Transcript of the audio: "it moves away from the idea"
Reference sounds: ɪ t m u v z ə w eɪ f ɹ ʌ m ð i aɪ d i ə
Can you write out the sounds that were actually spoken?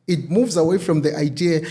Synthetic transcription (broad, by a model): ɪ t m u v z ə w eɪ f ɹ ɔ m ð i aɪ d i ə